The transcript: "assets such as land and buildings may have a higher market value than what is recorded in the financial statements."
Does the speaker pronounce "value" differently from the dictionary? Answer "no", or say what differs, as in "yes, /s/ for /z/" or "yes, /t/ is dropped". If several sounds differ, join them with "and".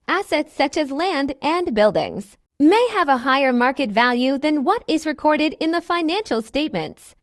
no